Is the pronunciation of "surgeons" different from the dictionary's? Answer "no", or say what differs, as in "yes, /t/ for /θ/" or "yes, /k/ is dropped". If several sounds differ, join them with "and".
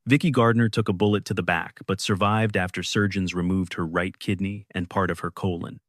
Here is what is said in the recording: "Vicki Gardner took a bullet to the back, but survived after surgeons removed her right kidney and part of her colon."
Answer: no